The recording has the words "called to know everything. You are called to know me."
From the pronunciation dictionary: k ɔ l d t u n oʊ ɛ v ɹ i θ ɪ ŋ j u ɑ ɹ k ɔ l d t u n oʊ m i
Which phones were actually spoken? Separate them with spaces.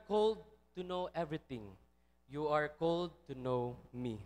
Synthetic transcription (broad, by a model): k ɔ l d t u n oʊ ɛ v ɹ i t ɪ ŋ j u ɑ ɹ k ɔ l d t u n oʊ m i